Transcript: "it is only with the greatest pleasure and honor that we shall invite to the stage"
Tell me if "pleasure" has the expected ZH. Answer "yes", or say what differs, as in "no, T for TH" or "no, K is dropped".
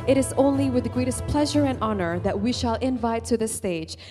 yes